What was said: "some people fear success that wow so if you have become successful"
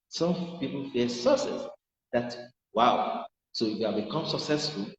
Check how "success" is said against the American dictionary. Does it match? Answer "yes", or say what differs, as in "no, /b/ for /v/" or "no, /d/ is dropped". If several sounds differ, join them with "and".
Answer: no, /k/ is dropped